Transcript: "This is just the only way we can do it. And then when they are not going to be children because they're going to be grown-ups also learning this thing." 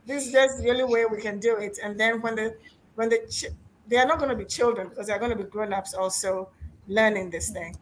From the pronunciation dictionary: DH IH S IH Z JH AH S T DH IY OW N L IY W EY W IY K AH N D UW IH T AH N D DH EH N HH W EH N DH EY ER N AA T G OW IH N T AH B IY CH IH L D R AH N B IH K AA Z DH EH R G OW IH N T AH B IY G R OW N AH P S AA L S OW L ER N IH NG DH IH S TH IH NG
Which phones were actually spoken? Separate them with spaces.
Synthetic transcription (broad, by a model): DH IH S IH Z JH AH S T DH IY OW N L IY W EY W IY K AH N D UW IH T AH N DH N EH N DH W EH N DH EY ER N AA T G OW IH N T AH B IY CH IH L D R AH N B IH K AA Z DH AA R G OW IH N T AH B IY G R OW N AH P S AA L S OW L ER N IH NG DH IH S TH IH NG